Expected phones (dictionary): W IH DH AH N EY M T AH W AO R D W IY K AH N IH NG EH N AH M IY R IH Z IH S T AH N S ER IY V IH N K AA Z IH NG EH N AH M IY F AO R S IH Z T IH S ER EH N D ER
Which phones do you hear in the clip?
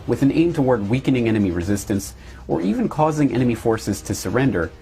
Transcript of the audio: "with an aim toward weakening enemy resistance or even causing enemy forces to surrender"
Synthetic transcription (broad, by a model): W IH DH AH N EY M T AH W AO R D W IY K AH N IH NG EH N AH M IY R IH Z IH S T AH N S ER IY V IH N K AA Z IH NG EH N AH M IY F AO R S IH Z T IH S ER EH N D ER